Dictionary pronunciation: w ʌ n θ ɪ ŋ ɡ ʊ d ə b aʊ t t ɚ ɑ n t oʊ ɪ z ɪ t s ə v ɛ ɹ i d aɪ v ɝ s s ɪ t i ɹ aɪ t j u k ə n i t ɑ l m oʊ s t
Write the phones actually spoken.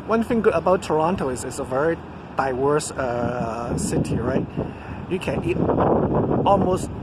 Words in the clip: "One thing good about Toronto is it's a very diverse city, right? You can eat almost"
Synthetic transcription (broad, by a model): w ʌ n θ ɪ ŋ ɡ ʊ d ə b aʊ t t ɚ ɑ n t oʊ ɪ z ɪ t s ə v ɛ ɹ i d aɪ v ɝ s s ɪ t i ɹ aɪ t j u k ə n i t ɑ l m oʊ s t